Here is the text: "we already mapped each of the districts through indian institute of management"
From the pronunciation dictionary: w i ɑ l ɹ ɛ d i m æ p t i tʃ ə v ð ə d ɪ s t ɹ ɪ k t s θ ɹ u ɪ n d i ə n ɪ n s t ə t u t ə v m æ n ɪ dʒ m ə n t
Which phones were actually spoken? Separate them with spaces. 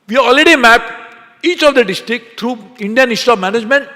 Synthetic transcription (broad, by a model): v i ɑ l ɹ ɛ d i m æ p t i tʃ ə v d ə d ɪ s t ɹ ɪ k t ɹ u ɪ n d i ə n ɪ s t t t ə p m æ n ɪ dʒ m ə n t